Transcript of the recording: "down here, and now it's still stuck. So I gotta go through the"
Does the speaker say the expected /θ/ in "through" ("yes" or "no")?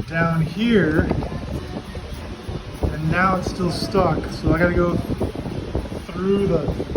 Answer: yes